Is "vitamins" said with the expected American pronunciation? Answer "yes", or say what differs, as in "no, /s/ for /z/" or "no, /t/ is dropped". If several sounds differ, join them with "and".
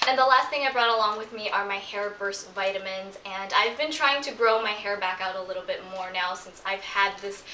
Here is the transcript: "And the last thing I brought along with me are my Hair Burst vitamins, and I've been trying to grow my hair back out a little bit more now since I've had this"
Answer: yes